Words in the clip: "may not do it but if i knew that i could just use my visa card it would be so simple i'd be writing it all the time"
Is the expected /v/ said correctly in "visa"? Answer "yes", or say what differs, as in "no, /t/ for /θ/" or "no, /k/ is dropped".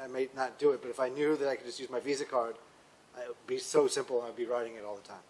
yes